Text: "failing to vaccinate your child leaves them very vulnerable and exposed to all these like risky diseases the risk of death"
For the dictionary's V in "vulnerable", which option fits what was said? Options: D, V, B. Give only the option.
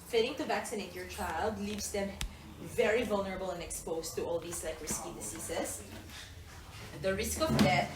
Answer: V